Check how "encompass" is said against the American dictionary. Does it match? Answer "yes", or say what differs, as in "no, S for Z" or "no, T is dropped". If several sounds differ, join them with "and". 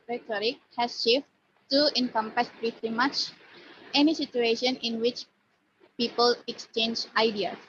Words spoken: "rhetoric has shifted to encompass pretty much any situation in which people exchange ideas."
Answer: yes